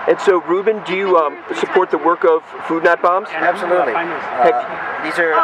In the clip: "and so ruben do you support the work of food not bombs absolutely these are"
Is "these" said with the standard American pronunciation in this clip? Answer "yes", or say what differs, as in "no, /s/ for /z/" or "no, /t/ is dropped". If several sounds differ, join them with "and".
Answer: yes